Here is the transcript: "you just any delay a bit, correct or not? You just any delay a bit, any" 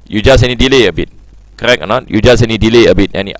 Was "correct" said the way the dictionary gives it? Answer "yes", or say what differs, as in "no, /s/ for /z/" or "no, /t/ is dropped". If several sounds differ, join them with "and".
no, /t/ is dropped